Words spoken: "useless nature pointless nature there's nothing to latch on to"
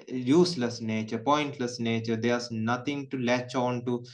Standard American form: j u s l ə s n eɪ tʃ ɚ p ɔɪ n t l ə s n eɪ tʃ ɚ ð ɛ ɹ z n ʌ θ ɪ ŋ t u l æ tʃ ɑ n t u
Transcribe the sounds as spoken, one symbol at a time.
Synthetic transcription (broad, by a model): j u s l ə s n eɪ tʃ ɚ p ɔɪ n t l ə s n eɪ tʃ ɚ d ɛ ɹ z n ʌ t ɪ ŋ t u l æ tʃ ɑ n t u